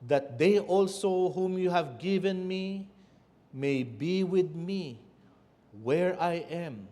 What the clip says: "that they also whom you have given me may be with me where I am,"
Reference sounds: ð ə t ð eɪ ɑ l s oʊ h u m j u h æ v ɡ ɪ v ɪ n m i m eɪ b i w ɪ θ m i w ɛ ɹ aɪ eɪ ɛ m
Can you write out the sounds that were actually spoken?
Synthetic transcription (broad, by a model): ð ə t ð eɪ ɑ l s oʊ h u m j u h æ v ɡ ɪ v ɪ n m i m eɪ b i w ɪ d m i w ɛ ɹ aɪ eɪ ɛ m